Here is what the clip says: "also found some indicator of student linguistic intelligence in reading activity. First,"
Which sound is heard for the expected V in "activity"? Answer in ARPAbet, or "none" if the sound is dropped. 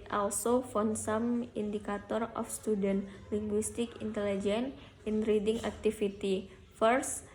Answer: F